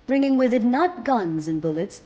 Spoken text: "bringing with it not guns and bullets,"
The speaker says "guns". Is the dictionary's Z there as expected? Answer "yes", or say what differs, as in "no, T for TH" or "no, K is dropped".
yes